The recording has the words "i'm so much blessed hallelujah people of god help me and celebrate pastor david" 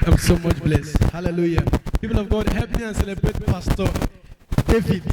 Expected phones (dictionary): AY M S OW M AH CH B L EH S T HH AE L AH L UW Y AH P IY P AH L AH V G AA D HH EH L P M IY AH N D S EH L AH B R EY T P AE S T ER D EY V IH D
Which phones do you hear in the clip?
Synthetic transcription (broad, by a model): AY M S OW M AH CH B L EH S T HH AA L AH L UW Y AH P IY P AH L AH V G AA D HH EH P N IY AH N S EH L AH B R EY T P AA S T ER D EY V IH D